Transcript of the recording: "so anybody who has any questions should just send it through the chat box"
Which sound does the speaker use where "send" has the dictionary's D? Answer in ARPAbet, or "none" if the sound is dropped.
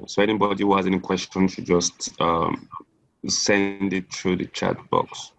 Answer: D